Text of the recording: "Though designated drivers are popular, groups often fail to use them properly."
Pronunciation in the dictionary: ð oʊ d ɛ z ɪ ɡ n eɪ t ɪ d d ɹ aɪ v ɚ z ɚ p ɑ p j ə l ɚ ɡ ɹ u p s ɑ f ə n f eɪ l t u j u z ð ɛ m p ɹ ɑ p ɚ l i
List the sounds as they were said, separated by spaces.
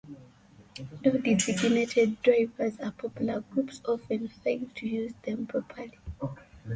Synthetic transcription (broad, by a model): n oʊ d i s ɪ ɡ n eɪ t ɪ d d ɹ aɪ v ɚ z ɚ p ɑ p j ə l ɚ ɡ ɹ u p s ɑ f ə n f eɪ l t u j u z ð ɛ m p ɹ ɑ p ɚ l i